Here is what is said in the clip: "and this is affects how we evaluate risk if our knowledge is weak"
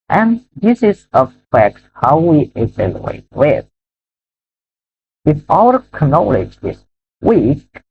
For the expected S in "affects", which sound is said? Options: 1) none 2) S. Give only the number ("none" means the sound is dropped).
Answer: 1